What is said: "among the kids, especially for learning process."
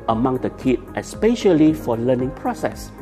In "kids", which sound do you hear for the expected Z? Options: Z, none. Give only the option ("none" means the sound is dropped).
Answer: none